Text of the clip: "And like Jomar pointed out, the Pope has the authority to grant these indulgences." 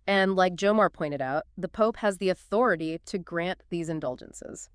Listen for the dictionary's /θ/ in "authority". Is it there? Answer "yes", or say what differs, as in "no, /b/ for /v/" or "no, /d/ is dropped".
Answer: yes